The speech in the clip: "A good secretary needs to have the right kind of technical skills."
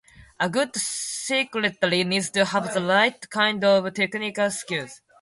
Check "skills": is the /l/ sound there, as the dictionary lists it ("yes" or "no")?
no